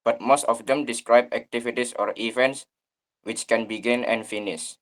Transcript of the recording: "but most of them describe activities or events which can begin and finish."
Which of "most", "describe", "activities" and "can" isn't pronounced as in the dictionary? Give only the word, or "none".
activities